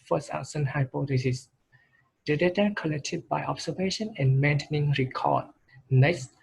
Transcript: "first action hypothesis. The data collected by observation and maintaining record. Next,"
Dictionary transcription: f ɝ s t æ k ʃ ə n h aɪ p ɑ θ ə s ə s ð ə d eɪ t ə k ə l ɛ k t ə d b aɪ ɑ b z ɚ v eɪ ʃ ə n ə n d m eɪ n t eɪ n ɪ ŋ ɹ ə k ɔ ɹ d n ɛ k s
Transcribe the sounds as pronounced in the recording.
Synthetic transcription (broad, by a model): f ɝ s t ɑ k s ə n h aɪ p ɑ t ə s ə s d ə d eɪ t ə k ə l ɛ k t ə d b aɪ ɑ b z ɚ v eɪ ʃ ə n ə n m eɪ n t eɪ n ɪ ŋ ɹ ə k ɔ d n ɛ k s